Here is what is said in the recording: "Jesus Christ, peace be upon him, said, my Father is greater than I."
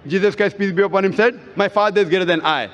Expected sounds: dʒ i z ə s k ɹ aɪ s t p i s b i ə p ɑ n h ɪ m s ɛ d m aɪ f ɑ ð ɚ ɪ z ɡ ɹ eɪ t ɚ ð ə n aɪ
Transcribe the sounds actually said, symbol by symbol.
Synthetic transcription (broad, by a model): dʒ i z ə s k ɹ aɪ s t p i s b i ə p ɑ n h ɪ m s ɛ d m aɪ f ɑ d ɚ ɪ z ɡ eɪ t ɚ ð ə n aɪ